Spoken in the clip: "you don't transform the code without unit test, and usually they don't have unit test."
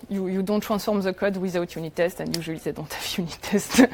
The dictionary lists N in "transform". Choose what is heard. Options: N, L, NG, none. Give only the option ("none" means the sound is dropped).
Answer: none